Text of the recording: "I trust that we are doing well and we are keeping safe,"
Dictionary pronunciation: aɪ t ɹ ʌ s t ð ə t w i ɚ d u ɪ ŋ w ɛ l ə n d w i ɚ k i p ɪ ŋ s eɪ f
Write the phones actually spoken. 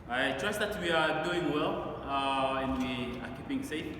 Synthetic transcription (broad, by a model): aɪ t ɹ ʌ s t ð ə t w i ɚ d u ɪ ŋ w ɛ l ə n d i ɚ k i p ɪ ŋ s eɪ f